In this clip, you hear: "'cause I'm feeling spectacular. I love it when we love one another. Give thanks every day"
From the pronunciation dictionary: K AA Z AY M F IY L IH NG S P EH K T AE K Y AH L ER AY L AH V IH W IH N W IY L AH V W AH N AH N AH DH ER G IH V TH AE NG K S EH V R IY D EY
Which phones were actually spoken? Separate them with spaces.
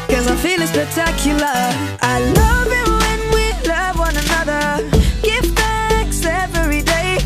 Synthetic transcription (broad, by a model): K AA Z AY M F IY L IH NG S P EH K T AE K Y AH L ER AY L AH V IH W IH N W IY L AH V W AH N AH N AH DH ER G IH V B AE K S EH V R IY D EY